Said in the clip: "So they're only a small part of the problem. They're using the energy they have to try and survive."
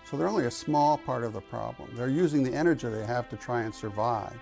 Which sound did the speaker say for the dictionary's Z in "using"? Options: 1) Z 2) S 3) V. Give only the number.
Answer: 1